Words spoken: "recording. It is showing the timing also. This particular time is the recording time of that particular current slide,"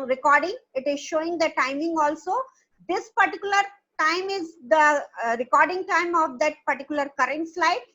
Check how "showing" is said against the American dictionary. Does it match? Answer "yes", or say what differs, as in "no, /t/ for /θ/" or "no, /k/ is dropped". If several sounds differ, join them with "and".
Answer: yes